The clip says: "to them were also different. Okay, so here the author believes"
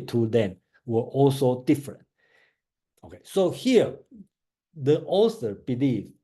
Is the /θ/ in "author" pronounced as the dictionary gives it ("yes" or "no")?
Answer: no